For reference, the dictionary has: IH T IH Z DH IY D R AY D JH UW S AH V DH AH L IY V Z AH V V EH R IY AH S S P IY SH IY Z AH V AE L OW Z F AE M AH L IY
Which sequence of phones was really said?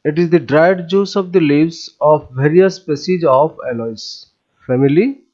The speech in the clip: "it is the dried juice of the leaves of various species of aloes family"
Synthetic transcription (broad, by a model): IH T IH Z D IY D R AY D JH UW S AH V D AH L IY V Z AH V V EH R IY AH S S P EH S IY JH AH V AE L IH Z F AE M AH L IY